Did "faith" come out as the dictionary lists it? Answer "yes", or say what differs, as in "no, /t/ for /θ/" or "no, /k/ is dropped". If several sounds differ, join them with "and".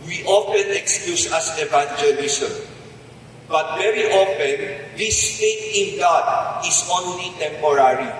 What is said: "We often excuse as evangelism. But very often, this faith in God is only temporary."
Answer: no, /t/ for /θ/